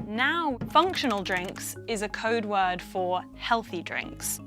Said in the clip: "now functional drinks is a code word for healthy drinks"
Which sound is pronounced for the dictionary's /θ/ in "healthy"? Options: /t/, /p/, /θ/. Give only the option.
/θ/